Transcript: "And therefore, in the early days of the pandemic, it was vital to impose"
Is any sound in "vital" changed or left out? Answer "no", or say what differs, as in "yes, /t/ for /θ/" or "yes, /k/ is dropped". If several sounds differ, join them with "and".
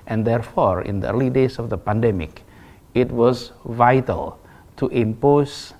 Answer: no